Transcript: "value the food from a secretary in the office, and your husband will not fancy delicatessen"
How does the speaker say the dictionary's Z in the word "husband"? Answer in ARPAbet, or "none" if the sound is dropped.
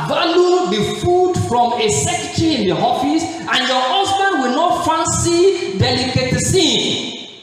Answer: S